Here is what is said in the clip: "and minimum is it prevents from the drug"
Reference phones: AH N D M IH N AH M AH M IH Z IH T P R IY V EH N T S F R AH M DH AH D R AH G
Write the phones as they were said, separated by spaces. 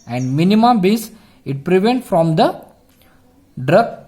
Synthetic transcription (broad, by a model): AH N D M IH N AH M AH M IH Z IH T P R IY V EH N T F R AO M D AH D R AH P